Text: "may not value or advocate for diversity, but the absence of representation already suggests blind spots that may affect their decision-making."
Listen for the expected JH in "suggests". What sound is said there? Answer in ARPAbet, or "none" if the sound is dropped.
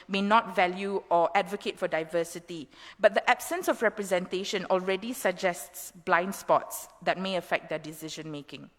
JH